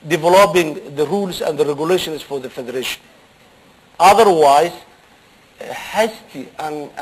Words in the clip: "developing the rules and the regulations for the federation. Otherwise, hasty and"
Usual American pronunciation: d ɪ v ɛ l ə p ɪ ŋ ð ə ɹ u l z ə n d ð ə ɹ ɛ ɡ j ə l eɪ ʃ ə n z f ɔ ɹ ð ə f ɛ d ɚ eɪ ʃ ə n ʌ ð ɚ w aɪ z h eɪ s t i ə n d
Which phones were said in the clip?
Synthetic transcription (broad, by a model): d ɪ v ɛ l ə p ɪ ŋ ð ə ɹ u l s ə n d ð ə ɹ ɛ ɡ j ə l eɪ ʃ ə n s f ɔ ɹ ð ə f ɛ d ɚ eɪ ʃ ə n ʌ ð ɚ w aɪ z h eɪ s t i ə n